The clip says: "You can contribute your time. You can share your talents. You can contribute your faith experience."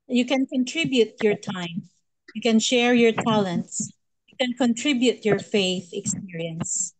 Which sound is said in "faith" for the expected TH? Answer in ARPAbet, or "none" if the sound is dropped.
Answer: TH